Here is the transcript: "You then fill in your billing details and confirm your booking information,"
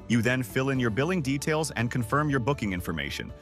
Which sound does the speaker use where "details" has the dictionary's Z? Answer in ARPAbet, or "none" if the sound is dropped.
Z